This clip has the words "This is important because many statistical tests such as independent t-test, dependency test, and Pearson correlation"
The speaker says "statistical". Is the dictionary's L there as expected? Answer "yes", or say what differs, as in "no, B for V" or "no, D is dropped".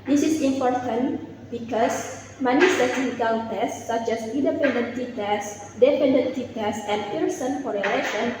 no, N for L